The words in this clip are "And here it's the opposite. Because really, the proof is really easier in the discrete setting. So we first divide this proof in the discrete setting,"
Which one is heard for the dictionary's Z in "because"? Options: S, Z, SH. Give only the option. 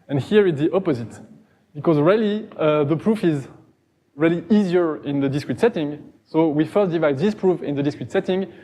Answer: Z